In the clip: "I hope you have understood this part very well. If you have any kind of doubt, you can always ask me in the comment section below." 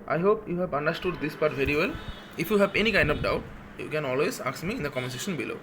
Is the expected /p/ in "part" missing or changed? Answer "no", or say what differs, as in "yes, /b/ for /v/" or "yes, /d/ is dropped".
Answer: no